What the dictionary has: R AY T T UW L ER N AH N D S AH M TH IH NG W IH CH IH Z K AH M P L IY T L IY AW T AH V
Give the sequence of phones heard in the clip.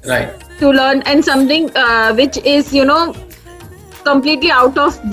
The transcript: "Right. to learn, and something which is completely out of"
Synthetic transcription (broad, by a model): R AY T T UW L ER N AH N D S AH M T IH NG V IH CH IH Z K AH M P L IY T L IY AW T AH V